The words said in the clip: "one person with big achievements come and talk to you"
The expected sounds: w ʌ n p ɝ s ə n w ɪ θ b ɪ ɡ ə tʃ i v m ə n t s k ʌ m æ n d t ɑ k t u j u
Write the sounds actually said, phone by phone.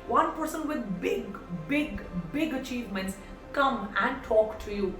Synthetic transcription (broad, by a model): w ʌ n p ɝ s ə n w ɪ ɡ b ɪ ɡ ə tʃ i v m ə n t s k ʌ m æ n d t ɑ k t u j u